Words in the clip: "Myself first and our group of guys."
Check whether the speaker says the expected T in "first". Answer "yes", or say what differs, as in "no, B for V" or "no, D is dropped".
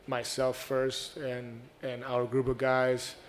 yes